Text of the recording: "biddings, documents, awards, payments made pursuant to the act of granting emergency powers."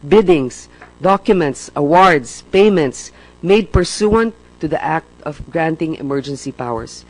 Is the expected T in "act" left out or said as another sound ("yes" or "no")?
no